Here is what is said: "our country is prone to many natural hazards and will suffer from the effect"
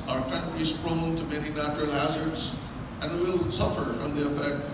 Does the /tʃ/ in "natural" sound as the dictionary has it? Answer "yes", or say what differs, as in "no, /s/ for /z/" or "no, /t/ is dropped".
yes